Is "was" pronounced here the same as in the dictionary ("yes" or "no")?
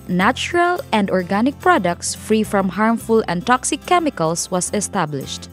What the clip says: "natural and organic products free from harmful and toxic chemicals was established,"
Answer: no